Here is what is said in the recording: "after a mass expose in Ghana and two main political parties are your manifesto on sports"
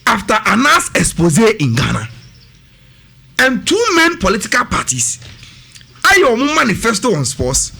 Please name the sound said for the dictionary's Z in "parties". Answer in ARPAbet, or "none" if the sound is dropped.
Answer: S